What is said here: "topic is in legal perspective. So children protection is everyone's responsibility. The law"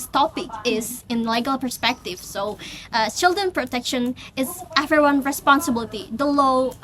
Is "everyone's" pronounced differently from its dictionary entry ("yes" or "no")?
yes